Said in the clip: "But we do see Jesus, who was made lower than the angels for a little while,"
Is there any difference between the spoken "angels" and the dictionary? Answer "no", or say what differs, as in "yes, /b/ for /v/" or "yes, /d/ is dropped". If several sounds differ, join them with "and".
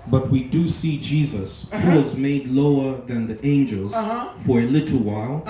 no